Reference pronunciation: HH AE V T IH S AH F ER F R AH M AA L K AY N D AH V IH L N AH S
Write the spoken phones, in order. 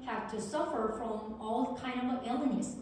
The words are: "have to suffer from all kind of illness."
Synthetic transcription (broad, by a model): HH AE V T IH S AH F ER F R AH M AA L K AY N D AH V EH L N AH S